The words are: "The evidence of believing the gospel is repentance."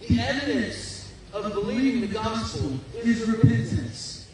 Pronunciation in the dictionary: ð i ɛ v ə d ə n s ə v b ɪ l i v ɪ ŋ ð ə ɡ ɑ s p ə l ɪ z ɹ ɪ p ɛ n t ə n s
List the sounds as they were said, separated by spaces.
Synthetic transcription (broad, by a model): ð i ɛ v ə d ə n s ə v b ɪ l i v ɪ ŋ ð ə ɡ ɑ s p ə n ɪ z ɹ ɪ p ɛ n t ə n s